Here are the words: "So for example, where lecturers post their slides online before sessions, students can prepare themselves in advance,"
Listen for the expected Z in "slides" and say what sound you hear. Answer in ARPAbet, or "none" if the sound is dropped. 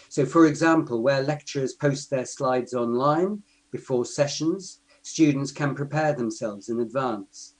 Z